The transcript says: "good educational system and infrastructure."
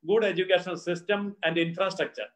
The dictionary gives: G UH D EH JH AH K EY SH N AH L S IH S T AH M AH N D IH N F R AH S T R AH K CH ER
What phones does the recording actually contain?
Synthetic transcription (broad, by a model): G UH D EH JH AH K EY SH AH N S IH S T AH M AH N D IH N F R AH S T R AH K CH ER